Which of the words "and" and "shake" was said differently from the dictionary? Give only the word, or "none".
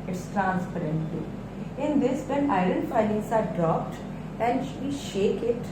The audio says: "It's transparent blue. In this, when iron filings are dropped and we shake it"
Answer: none